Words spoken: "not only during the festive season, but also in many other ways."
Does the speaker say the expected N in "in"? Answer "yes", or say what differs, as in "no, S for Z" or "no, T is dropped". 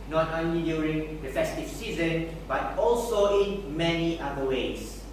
yes